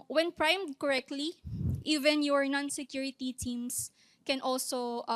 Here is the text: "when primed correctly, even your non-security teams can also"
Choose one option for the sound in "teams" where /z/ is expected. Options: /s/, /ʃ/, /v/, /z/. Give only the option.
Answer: /s/